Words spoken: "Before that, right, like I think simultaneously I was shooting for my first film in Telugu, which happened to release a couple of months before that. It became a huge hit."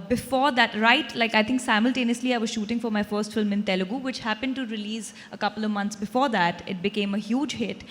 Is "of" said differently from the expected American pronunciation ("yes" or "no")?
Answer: no